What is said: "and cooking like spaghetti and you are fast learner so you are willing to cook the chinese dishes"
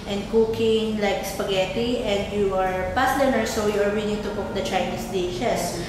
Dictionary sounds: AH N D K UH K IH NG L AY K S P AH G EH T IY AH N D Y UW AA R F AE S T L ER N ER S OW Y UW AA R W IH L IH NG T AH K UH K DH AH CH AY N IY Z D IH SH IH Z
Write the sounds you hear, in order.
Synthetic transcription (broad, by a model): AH N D K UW K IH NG L AY K S P AH G EH T IY AH N D Y UW AA R P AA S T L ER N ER S OW Y UW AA R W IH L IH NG T AH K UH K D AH CH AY N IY S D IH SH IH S